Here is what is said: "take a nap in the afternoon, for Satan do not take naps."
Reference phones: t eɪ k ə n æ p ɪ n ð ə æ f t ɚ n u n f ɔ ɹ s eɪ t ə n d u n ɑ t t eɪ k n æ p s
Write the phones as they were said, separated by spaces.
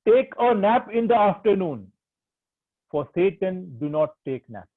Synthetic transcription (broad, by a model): t eɪ k ə n æ p ɪ n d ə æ f t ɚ n u n f ɔ ɹ s eɪ t ə n d u n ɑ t t eɪ k n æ p